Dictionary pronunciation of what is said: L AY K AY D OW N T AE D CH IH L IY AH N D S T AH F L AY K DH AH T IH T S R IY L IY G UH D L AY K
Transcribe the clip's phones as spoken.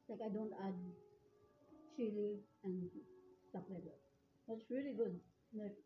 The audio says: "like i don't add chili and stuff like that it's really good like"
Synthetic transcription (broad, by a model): L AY K AY D OW N T AE D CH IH L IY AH N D S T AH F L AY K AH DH IH T S R IY L IY G UH D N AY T